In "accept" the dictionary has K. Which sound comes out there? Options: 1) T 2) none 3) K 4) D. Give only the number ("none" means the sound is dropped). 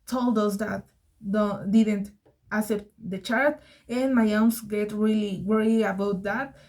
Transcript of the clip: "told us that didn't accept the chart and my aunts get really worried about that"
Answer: 2